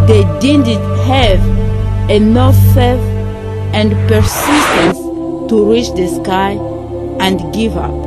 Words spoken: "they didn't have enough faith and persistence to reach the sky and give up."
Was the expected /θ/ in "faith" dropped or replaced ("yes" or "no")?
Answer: yes